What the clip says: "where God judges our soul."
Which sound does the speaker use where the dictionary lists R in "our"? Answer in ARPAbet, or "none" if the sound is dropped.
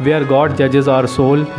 R